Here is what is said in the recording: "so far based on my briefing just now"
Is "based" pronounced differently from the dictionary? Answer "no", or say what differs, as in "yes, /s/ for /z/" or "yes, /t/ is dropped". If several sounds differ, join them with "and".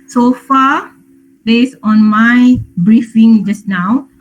yes, /t/ is dropped